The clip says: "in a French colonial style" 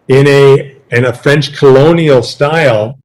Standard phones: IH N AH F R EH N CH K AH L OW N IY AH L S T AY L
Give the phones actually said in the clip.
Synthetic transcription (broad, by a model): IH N AH F R EH N CH K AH L OW N IY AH L S T AY L